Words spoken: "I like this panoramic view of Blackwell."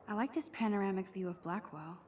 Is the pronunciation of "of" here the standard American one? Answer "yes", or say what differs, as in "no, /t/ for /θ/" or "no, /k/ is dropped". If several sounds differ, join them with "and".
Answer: yes